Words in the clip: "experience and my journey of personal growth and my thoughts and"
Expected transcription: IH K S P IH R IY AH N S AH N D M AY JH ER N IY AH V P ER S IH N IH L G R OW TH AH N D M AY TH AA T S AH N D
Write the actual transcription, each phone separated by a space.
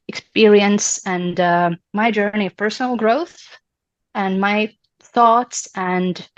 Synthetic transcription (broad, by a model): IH K S P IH R IY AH N S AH N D M AY JH ER N IY AH V P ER S N L G R OW TH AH N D M AY TH AA T S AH N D